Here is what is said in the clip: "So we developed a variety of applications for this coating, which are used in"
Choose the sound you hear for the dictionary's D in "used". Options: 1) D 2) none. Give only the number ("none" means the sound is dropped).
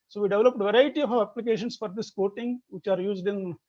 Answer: 1